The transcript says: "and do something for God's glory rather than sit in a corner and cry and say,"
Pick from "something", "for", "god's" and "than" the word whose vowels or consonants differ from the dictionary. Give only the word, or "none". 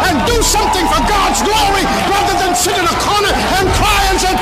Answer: none